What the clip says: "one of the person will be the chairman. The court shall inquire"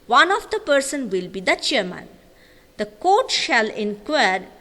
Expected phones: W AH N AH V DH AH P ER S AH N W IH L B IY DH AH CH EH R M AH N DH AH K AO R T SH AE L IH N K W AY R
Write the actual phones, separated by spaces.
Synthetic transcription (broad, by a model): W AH N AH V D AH P ER S AH N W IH L B IY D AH CH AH R M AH N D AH K AO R T SH AE L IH N K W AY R